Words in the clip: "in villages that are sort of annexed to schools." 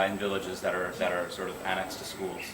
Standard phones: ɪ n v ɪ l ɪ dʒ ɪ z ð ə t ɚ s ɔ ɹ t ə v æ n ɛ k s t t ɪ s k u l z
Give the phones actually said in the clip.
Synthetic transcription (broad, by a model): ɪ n v ɪ l ɪ dʒ ɪ z ð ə t ɚ s ɔ ɹ t ə v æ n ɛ k s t t ɪ s k u l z